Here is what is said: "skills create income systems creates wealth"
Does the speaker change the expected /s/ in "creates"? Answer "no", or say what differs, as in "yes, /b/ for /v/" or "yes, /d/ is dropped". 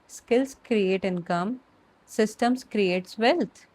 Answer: no